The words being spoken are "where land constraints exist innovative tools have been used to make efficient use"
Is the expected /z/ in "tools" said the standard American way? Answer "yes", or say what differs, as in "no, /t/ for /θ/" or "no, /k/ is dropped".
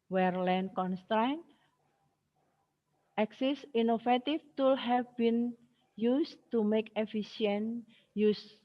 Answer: no, /z/ is dropped